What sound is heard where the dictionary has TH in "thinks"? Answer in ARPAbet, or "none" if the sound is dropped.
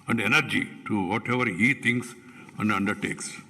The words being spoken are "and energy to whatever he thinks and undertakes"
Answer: T